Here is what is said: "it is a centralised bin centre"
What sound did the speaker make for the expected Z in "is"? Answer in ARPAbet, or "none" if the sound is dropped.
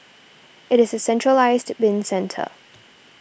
Z